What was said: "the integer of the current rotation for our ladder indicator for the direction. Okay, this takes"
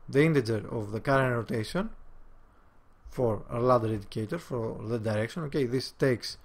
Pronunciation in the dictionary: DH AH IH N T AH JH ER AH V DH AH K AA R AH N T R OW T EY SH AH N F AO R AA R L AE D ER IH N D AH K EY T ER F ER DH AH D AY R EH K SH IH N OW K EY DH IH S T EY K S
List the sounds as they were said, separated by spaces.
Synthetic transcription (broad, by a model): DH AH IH N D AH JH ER AH V DH AH K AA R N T R OW T EY SH AH N F AO R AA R L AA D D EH D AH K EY T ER F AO DH AH D AY R EH K SH IH N OW K EY DH IH S T EY K S